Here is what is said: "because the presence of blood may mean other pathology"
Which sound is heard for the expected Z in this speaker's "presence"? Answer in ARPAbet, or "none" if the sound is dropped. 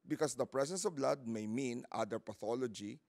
S